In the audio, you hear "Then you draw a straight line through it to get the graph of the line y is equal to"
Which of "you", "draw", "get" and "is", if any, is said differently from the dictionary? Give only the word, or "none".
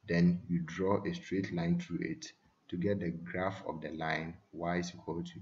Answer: is